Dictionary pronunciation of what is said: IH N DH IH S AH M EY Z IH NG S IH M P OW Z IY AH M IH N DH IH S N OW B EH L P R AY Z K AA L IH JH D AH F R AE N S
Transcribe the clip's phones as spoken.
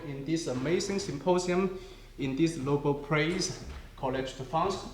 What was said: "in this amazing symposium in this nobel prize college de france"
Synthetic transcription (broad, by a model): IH N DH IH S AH M EY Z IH NG S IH M P OW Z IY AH M IH N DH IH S L OW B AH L P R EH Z K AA L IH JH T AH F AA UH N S